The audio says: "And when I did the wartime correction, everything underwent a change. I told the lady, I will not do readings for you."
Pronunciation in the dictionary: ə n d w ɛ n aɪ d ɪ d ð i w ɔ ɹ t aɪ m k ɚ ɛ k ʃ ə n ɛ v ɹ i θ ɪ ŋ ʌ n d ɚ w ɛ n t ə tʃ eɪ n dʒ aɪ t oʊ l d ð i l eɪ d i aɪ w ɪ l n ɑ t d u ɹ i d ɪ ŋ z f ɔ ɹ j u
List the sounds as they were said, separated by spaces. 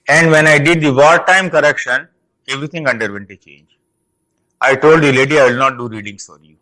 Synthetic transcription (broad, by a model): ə n d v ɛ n aɪ d ɪ d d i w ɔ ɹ t aɪ m k ɚ ɛ k ʃ ə n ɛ v ɹ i t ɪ ŋ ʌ n d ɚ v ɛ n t ə tʃ eɪ n dʒ aɪ t oʊ l d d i l eɪ d i aɪ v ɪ l n ɑ t d u ɹ i d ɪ ŋ s f ɔ ɹ j u